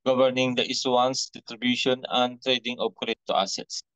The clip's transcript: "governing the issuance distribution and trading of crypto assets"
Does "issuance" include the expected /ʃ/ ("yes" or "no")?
no